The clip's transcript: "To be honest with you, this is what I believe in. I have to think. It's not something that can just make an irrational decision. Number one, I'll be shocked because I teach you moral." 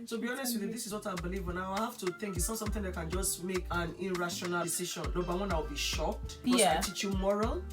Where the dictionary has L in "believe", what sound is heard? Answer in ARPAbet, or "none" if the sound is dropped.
L